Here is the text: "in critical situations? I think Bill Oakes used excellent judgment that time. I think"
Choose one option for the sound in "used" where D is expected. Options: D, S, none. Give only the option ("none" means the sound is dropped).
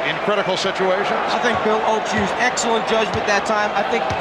none